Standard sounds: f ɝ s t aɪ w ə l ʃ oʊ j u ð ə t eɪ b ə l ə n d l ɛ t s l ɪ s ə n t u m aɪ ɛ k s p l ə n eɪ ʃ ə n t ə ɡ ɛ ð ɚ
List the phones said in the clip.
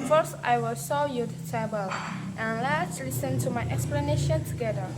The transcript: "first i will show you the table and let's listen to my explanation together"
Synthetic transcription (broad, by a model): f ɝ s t aɪ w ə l s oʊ j u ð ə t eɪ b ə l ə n l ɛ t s l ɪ s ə n t u m aɪ ɛ k s p l ə n eɪ ʃ ə n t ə ɡ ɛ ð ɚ